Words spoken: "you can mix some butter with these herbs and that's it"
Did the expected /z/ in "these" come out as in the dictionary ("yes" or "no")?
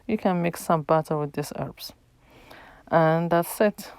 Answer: no